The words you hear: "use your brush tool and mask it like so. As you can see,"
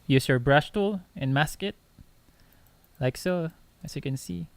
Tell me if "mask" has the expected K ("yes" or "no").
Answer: yes